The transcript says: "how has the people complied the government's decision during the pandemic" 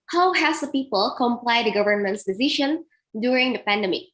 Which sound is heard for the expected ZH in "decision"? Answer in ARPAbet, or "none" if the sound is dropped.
SH